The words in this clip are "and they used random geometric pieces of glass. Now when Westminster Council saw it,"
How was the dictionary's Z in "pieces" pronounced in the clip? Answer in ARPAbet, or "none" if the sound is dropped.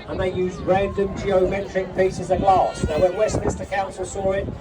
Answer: Z